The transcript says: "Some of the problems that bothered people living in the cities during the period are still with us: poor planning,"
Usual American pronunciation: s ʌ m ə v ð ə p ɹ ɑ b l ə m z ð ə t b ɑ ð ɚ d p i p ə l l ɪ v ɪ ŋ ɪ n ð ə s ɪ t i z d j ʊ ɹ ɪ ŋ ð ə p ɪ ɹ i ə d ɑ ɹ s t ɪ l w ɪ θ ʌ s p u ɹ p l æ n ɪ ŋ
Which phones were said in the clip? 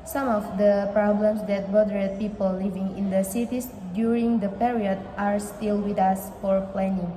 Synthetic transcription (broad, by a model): s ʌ m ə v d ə p ɹ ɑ b l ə m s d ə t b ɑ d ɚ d p i p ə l l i v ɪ ŋ ɪ n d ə s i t i s d j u ɹ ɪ ŋ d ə p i ɹ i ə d ɑ ɹ s t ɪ l w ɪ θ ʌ s f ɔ ɹ p l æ n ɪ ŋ